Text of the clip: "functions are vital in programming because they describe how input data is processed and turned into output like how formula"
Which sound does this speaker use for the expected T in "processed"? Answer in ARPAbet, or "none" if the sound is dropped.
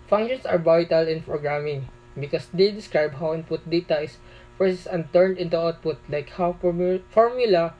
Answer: none